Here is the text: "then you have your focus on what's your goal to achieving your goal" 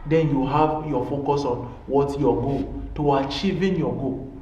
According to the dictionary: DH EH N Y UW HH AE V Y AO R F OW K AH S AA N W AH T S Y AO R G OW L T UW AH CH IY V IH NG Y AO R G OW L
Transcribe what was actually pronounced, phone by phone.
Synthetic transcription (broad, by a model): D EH N Y UW HH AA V Y AO F OW K AH S AA N W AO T Y AO G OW T UW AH CH IY V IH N Y AO G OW